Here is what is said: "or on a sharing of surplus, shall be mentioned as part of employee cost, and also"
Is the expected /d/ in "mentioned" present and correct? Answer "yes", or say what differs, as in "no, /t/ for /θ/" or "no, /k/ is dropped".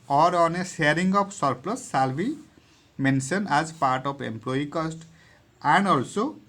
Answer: no, /d/ is dropped